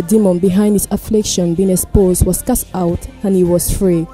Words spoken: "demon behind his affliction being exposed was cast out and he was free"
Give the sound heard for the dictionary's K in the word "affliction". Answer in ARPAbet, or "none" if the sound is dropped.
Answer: K